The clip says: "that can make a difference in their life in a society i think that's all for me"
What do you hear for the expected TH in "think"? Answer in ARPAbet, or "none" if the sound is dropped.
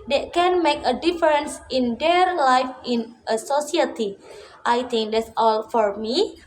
T